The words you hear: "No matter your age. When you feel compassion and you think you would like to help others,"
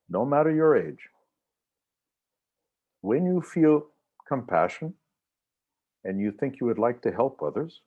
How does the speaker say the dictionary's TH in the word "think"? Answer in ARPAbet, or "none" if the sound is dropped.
TH